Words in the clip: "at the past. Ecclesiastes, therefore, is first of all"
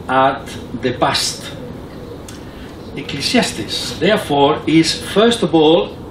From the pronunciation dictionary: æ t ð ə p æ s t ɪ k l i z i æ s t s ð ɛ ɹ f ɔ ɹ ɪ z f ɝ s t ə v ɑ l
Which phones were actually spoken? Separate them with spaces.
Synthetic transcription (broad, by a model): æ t ð ə b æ s t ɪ k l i s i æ s t s ð ɛ ɹ f ɔ ɹ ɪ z f ɝ s t ə v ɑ l